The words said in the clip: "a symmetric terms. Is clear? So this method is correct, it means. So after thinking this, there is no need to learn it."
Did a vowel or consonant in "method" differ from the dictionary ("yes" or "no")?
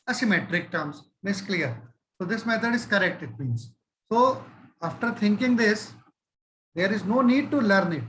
yes